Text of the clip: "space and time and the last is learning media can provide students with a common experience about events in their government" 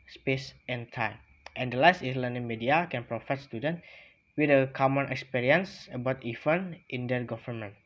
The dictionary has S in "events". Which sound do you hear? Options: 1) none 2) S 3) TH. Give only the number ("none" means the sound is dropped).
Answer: 1